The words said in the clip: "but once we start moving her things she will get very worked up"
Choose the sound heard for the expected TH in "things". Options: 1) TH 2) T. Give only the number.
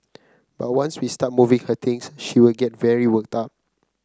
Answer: 2